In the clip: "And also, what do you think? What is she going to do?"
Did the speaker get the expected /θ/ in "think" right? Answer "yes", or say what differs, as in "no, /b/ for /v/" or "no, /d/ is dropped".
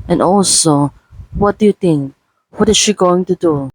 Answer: no, /t/ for /θ/